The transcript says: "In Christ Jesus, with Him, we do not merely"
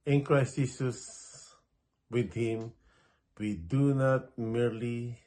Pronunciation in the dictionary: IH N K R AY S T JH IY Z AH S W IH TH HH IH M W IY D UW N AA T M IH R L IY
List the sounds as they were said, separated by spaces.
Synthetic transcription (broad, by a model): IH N K R AY S T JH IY S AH S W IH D HH IH M W IY D UW N AA T M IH R L IY